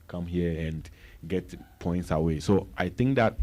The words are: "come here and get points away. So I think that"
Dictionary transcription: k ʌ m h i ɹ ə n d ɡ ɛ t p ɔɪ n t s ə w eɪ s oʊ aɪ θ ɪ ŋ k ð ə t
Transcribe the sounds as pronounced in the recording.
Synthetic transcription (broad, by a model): k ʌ m h i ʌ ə n ɡ ɛ t p ɔɪ n t s ə w eɪ s oʊ aɪ t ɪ ŋ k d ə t